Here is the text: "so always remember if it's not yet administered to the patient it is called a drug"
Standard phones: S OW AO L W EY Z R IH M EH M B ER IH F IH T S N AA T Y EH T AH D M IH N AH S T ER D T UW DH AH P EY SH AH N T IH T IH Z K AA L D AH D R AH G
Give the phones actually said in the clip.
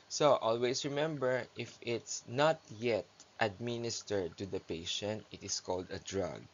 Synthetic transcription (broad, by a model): S OW AO L W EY S R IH M EH M B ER IH F IH T S N AA T Y EH T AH D M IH N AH S T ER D T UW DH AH P EY SH AH N T IH T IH S K AA L D AH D R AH G